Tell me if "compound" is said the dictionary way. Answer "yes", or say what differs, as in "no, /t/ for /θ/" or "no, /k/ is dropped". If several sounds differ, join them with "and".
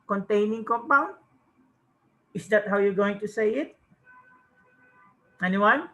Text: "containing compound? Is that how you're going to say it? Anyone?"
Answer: no, /d/ is dropped